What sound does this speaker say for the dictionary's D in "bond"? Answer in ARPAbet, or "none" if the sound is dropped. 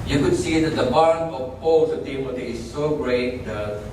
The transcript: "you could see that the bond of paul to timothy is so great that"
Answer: none